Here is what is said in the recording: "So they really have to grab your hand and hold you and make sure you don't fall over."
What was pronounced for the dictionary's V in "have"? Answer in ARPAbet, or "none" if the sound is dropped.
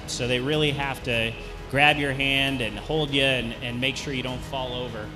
F